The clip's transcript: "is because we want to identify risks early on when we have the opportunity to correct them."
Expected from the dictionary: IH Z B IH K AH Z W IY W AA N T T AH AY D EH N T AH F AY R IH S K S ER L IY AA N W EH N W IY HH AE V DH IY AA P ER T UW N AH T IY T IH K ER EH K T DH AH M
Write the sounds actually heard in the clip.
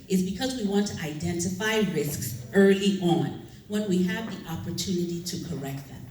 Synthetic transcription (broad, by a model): IH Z B IH K AH Z W IY W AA N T T AH AY D EH N T AH F AY R IH S K S ER L IY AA N W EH N W IY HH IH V DH IY AA P ER T UW N AH T IY T IH K ER EH K T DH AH M